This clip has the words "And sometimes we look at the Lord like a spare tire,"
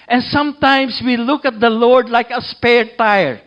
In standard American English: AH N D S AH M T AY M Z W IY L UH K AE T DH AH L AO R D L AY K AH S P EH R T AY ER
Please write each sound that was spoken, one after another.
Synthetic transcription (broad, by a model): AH N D S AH M T AY M S W IY L UH K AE T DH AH L AO R D L AY K AH S P EH R T AY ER